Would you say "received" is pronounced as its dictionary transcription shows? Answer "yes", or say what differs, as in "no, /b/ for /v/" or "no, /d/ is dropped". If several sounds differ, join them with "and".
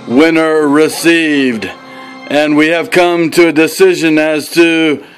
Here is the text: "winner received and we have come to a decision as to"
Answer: yes